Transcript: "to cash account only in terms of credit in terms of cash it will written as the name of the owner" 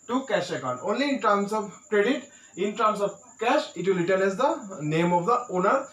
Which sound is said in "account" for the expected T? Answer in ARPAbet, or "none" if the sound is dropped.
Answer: none